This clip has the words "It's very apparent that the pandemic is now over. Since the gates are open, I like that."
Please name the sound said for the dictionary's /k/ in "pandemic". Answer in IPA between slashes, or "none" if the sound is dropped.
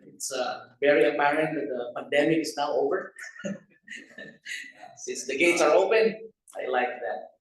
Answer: /k/